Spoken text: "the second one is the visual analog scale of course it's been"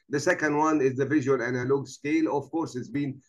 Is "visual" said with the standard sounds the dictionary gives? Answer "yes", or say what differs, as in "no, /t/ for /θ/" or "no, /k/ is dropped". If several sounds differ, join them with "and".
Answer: yes